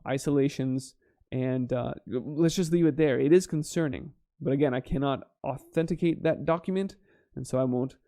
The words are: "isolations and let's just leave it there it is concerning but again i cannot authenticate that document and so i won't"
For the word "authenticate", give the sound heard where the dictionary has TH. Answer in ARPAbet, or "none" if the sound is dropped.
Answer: TH